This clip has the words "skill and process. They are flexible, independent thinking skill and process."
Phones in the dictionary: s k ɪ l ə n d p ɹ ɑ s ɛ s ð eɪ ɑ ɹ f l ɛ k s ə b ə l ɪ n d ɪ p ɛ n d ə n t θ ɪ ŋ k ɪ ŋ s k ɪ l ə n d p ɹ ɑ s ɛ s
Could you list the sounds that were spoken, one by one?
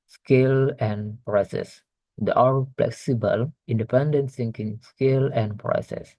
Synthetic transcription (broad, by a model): s k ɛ l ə n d p ɹ ɑ s ɛ s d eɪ ɑ ɹ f l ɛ k s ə b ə l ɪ n d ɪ p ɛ n d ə n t s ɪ ŋ k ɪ ŋ s k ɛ l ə n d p ɹ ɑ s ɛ s